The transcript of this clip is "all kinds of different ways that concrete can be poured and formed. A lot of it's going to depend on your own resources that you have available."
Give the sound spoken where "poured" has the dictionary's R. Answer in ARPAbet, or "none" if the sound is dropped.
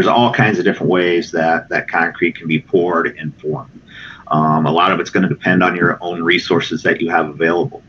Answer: R